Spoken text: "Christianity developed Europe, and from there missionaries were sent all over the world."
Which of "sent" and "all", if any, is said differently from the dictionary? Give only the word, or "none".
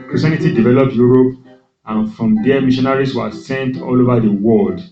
none